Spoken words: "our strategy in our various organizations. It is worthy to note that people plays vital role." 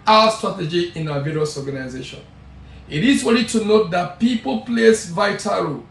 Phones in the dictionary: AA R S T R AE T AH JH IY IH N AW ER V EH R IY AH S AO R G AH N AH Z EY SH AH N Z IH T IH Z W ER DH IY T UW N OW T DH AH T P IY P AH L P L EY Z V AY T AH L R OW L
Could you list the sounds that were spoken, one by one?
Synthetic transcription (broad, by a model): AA S T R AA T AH JH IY IH N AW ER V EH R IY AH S AO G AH N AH Z EY SH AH N IH T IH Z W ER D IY T UW N OW T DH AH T P IY P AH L P L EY S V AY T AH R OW